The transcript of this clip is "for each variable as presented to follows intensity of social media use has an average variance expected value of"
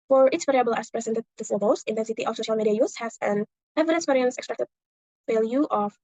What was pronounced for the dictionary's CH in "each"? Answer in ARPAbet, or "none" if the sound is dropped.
S